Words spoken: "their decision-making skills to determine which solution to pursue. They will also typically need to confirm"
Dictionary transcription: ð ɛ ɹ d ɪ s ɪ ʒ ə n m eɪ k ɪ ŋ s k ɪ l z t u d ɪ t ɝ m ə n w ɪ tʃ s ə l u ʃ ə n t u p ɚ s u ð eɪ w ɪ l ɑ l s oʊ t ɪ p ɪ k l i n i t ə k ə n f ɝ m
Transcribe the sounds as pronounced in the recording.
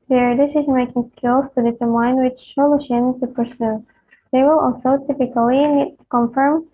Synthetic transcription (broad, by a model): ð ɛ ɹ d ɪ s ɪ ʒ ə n m eɪ k ɪ ŋ s k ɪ l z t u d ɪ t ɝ m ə n w ɪ tʃ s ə l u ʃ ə n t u p ɚ s u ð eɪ w ɪ l ɑ l s oʊ t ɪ p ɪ k i l i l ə k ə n f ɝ m